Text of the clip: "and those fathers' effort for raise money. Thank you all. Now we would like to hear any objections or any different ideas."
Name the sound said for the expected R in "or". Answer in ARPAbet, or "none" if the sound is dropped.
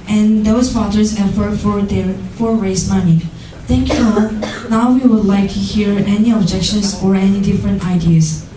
R